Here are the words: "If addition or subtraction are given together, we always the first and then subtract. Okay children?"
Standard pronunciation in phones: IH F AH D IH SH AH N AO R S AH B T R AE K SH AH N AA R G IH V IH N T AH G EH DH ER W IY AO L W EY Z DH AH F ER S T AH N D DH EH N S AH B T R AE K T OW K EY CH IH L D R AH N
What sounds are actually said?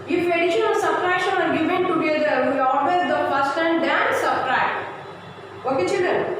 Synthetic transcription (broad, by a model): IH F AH D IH SH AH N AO L S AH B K R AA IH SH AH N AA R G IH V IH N T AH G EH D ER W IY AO L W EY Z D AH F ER S T AH N D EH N S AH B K R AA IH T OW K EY CH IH L D R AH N